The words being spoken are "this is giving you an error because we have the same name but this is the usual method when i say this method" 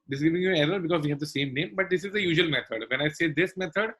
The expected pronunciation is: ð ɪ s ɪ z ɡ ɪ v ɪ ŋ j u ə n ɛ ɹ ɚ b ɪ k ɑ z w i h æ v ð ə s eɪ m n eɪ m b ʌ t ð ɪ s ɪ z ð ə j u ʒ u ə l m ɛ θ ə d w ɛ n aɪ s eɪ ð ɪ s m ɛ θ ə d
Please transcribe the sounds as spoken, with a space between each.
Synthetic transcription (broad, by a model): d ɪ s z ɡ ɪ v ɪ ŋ j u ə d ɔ ɚ b ɪ k ɑ z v i h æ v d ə s eɪ m n eɪ m b ʌ t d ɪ s ɪ z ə j u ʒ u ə l m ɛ t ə d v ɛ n aɪ s eɪ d ɪ s m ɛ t ə d